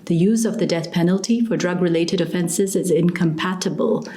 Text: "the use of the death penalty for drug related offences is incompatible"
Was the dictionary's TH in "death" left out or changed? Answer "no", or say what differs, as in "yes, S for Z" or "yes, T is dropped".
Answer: no